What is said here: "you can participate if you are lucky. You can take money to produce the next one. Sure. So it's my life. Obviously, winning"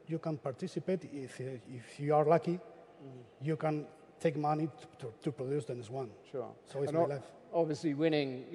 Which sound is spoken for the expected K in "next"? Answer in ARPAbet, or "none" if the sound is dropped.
none